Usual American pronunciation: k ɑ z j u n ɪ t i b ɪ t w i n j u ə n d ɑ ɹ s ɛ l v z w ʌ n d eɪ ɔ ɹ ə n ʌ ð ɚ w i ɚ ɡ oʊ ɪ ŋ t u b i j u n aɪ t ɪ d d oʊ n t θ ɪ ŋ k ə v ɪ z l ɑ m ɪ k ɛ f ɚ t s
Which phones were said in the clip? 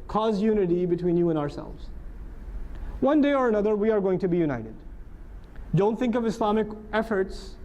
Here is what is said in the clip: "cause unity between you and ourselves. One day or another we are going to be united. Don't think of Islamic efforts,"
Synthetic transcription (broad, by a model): k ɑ z j u n ɪ t i b ɪ t w i n j u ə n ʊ ɑ ɹ s ɛ l v z w ʌ n d eɪ ɔ ɹ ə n ʌ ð ɚ w i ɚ ɡ oʊ ɪ ŋ t u b i j u n aɪ t ɪ d d oʊ n t θ ɪ ŋ k ə v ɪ s l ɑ m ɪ k ɛ f ɚ t s